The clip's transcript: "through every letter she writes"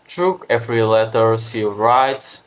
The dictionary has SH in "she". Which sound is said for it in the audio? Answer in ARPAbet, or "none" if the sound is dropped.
S